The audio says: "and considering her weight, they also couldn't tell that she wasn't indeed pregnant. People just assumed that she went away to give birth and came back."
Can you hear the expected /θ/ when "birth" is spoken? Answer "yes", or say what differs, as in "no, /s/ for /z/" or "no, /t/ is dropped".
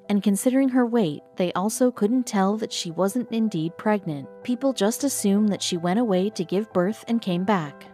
yes